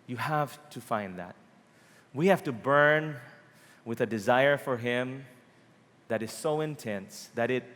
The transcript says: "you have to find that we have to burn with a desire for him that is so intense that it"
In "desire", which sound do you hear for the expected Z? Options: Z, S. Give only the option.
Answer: Z